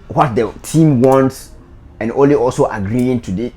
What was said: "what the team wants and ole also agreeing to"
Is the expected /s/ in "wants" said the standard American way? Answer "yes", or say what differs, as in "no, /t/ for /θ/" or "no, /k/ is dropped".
yes